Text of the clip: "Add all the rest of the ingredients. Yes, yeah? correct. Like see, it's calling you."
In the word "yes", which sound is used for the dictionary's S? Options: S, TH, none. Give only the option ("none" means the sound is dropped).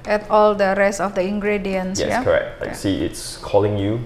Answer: none